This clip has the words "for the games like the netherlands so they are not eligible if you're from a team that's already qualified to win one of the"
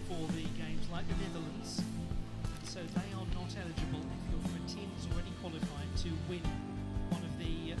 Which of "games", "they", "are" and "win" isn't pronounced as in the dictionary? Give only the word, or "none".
none